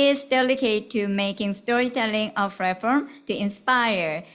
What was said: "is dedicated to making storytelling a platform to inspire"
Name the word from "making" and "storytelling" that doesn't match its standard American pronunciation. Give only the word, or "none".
none